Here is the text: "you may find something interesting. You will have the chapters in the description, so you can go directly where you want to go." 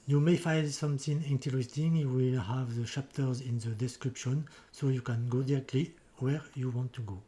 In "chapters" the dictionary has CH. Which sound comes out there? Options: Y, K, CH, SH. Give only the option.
SH